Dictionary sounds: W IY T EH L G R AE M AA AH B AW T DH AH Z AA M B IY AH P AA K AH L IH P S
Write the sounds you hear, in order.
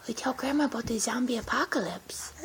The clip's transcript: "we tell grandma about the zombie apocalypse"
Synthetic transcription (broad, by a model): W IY T EH L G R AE M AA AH B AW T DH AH Z AA M B IY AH P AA K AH L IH P S